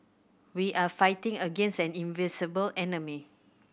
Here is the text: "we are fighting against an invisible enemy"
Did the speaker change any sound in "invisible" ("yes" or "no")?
yes